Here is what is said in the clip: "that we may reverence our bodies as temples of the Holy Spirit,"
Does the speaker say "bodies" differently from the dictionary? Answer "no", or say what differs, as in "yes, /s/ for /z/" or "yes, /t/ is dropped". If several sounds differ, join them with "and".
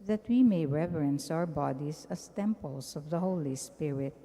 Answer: yes, /s/ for /z/